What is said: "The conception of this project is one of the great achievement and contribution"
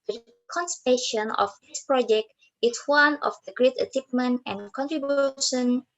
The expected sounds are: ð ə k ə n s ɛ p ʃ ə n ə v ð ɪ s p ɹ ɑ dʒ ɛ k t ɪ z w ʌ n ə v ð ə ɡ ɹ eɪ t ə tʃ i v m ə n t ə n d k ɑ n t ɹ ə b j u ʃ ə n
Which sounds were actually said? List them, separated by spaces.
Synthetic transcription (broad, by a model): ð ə k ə n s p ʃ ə n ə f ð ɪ s p ɹ ɑ dʒ ɛ k t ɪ s w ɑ n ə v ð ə ɡ ɹ eɪ t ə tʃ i p m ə n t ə n k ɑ n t ɹ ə b j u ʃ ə n